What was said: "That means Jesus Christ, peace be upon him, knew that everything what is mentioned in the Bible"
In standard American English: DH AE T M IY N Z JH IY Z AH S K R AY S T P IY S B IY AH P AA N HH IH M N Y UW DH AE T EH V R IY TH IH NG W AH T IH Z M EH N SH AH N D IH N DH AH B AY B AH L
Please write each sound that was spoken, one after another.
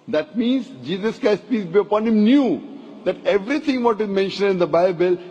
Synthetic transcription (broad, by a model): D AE T M IY N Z JH IY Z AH S K R AY S T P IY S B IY AH P AA N HH IH M N Y UW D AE T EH V R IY T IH NG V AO T IH Z M EH N SH AH N D IH N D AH B AY B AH L